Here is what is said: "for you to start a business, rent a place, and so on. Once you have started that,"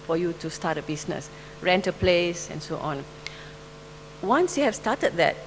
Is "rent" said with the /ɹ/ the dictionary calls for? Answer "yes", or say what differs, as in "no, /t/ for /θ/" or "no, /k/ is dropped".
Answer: yes